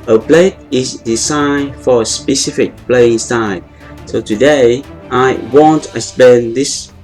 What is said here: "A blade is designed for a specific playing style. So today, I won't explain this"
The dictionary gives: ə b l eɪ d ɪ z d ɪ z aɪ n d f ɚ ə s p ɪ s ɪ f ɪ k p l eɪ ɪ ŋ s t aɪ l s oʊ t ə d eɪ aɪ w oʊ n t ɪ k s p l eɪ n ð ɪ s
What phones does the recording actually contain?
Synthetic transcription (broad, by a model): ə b l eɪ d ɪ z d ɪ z aɪ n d f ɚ ə s p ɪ s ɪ f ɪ k p l eɪ ɪ ŋ s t aɪ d s oʊ t ə d eɪ aɪ w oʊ n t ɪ s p eɪ n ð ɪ s